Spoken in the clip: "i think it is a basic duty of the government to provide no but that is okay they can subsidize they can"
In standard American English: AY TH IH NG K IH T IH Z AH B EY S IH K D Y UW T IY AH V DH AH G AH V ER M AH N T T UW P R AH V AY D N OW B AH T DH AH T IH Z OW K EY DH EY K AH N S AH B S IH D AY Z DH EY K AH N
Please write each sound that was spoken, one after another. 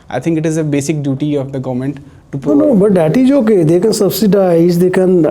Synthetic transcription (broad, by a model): AY T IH NG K IH T IH Z AH B EY S IH K D Y UW T IY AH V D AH G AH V M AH N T T UW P AH N OW B AH T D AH T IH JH OW K EY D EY K AH N S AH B S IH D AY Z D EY K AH N